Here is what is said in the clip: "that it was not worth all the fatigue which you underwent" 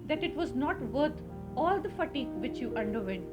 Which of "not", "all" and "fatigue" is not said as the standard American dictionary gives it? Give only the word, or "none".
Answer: none